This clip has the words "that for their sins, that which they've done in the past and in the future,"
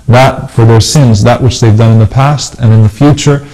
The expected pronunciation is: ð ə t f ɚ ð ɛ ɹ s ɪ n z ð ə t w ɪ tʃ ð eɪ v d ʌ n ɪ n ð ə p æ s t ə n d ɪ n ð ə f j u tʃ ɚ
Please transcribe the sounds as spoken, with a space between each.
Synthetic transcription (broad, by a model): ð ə t f ɚ ð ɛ ɹ s ɪ n z ð ə t w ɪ tʃ ð eɪ v d ʌ n ɪ n ð ə p æ s t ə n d ɪ n ð ə f j u tʃ ɚ